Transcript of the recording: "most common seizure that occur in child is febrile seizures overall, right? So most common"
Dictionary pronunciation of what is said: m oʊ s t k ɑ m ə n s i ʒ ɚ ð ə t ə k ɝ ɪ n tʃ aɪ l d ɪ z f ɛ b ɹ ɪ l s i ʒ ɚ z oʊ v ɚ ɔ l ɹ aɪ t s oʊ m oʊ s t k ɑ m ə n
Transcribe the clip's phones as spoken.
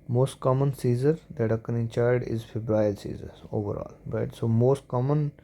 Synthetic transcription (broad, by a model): m oʊ s t k ɑ m ə n s i z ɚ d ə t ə k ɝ ɪ n tʃ aɪ d ɪ z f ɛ b ɹ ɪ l s i z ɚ oʊ v ɚ ɔ l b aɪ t s oʊ m oʊ s t k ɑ m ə n